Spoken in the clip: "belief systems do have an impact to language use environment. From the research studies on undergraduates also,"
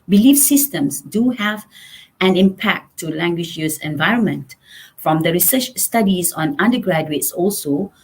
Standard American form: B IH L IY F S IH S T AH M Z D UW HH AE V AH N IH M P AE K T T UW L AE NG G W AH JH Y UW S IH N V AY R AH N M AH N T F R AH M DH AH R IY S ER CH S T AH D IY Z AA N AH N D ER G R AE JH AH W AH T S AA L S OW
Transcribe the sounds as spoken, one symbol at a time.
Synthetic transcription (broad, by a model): B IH L IY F S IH S T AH M S D UW HH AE V AH N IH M P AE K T T UW L AE NG G W AH JH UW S IH N V AY R AH N M AH N T F R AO M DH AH R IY S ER CH S T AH D IY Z AA N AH N D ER G R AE JH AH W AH T S AA L S OW